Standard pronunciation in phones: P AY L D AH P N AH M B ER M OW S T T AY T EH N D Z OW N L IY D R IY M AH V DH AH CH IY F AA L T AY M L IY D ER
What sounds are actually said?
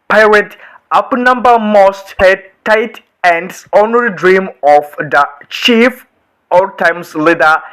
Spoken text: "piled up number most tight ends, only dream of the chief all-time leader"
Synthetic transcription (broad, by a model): P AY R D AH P N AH M B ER M OW S T T AY T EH N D S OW N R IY D R IY M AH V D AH CH IY F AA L T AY M L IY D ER